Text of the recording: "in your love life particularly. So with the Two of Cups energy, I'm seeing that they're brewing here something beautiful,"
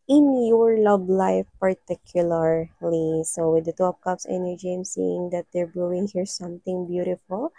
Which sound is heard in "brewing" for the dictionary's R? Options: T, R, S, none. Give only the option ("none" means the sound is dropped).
none